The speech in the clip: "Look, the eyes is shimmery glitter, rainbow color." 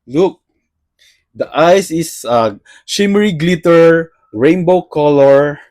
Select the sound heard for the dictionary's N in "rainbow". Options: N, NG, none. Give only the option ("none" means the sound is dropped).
N